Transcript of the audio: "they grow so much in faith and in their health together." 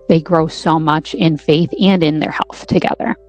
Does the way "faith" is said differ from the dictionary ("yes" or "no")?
no